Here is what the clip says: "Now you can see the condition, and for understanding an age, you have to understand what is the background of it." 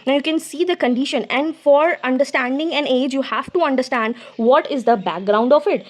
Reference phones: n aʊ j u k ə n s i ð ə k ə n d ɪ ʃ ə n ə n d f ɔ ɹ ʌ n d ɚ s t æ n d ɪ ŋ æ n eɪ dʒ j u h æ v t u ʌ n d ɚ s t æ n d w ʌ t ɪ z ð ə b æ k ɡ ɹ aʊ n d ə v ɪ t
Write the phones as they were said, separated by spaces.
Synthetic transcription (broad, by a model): n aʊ j u k ə n s i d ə k ə n d ɪ ʃ ə n ə n d f ɔ ɹ ʌ n d ɚ s t æ n d ɪ ŋ æ n eɪ dʒ j u h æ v t u ʌ n d ɚ s t æ n d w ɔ t ɪ z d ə b æ k ɡ ɹ aʊ n d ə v ɪ t